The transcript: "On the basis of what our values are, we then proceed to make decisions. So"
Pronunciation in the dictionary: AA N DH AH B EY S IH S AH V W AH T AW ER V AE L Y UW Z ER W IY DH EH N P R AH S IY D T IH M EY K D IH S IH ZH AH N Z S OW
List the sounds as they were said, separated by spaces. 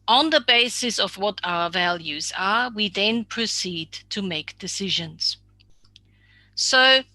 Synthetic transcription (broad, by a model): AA N DH AH B EY S IH S AH V W AH T AW ER V AE L Y UW Z ER W IY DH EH N P R AH S IY D T IH M EY K D IH S IH ZH AH N Z S OW